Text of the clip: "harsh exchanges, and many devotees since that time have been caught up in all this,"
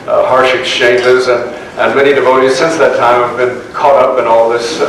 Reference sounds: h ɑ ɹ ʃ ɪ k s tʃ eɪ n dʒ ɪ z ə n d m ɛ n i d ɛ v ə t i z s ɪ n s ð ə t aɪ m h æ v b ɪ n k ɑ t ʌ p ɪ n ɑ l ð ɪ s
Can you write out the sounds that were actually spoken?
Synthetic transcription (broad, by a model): h ɑ ɹ ʃ ɪ k s tʃ eɪ n dʒ ɪ z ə n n m ɛ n i d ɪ v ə t i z s ɪ n s ð ə t aɪ m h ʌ v b ɪ n k ɑ t ʌ p ɪ n ɑ l ð ɪ s